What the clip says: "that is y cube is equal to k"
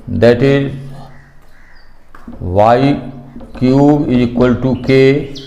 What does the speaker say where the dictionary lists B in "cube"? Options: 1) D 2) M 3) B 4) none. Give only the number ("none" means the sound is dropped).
4